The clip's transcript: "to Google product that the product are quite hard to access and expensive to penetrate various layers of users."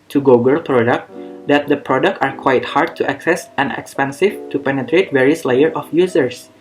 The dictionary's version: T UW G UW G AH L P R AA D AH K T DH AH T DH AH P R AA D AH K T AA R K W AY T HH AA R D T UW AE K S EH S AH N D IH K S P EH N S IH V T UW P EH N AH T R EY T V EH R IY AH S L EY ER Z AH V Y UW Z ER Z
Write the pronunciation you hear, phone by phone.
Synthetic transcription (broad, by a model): T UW G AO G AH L P R AA D AH K T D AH T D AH P R AA D AH K T AA R K W AY T HH AA R D T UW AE K S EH S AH N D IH K S P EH N S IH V T UW P EH N AH T R EY T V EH R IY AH S L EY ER AH F Y UW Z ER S